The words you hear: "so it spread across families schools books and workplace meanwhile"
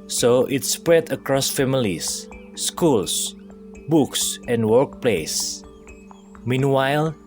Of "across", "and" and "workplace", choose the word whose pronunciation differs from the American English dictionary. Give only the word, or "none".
none